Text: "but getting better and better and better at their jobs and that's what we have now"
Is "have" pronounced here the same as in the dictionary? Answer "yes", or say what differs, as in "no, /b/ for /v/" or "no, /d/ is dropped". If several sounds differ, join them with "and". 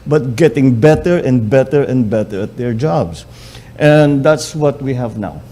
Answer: yes